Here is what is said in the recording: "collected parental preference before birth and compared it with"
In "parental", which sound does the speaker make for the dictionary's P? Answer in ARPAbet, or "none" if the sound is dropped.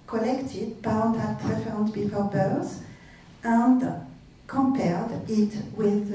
B